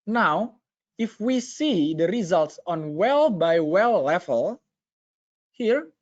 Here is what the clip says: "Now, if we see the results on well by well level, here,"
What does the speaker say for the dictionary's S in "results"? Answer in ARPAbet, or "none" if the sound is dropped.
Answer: S